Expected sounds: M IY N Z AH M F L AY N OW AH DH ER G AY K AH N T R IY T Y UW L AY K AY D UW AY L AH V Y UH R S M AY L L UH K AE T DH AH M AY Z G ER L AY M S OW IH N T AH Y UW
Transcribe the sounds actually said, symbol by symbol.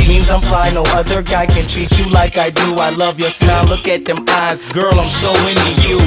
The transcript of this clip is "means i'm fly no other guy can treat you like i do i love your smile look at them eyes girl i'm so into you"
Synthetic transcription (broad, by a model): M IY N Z AH M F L AY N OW AH DH ER G AY K AH N T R IY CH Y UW L AY K AY D UW AY L AH V Y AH R S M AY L L UH K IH T DH AH M AY Z G ER L AY M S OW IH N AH Y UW